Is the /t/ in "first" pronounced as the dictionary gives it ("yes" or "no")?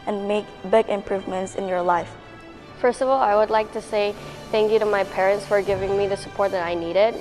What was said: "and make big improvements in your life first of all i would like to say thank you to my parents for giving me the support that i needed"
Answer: yes